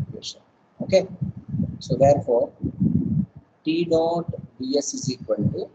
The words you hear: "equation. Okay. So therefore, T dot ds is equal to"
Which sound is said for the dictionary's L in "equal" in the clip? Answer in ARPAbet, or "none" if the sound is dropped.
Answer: N